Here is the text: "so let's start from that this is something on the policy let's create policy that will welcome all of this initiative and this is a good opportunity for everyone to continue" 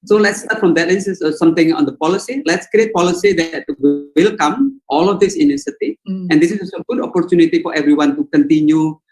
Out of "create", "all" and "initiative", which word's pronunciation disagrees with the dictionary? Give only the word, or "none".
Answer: initiative